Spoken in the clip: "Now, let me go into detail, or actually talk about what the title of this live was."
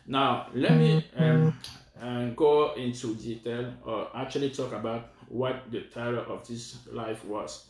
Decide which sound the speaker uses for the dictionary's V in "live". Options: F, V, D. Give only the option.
F